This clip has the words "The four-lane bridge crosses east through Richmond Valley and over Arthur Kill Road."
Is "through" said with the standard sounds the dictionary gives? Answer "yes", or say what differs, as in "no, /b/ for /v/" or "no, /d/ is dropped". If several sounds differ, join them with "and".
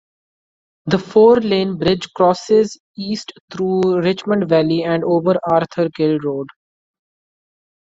no, /t/ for /θ/